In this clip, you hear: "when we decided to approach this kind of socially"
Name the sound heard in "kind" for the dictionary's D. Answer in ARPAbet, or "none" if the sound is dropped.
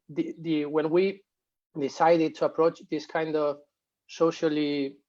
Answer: D